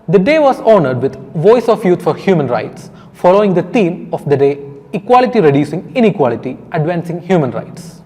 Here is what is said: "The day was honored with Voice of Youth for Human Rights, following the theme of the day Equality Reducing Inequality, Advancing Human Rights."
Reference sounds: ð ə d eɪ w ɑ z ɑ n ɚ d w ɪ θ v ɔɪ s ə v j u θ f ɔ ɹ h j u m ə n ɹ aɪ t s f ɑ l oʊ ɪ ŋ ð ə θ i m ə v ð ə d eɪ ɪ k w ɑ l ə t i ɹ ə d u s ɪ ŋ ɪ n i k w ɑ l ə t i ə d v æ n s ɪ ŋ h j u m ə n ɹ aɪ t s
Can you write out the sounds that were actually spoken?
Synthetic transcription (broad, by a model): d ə d eɪ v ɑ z ɑ n ɚ d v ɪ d v ɔɪ s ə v j u t f ɔ ɹ h j u m ə n ɹ aɪ t s f ɑ l oʊ ɪ ŋ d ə t i m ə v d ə d eɪ ɪ k w ɑ l ə t i ɹ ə d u s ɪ ŋ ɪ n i k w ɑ l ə t i ə d v æ n s ɪ ŋ h j u m ə n ɹ aɪ t s